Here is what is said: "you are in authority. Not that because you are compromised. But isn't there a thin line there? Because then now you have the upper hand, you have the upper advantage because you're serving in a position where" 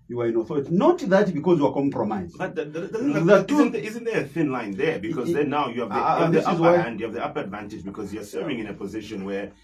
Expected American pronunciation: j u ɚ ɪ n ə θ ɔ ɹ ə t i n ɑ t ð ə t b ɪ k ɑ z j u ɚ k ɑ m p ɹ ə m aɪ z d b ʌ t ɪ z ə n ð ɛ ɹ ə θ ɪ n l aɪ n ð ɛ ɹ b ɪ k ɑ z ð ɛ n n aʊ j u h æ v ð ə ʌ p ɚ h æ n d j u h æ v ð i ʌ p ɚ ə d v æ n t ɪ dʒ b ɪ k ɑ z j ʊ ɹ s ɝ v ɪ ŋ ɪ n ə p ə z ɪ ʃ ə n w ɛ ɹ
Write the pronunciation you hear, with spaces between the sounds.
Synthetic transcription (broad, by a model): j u ɚ ɪ n ə θ ɔ ɹ ə t i n ɑ t ð ə t b ɪ k ɑ z j u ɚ k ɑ m p ɹ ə m aɪ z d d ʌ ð ɪ z ə n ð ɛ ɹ ə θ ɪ n l aɪ n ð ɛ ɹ b ɪ k ɑ z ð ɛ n n aʊ j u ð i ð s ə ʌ ɑ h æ n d j u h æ v ð i ʌ p ɚ ə d v æ n t ɪ dʒ b ɪ k ɑ z j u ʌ s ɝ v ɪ ŋ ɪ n ə p ə z ɪ ʃ ə n w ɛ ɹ